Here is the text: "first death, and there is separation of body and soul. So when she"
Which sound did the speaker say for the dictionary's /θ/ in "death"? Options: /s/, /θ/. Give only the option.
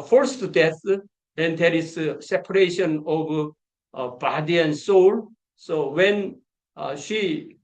/s/